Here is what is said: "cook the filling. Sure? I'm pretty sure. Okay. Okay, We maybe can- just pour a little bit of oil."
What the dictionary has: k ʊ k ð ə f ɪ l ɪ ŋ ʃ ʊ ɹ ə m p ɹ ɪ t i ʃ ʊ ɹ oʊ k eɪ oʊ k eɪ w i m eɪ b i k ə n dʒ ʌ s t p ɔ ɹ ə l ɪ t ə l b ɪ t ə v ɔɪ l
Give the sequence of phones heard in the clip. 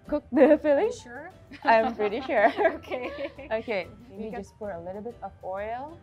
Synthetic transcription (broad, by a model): k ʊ k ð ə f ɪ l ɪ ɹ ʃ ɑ ə m p ɹ ɪ t i ʃ ʊ ɹ oʊ k eɪ oʊ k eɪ eɪ i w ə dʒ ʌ s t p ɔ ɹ ə l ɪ t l b ɪ t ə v ɔɪ l